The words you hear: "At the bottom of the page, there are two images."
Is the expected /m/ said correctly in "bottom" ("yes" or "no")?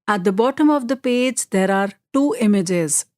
yes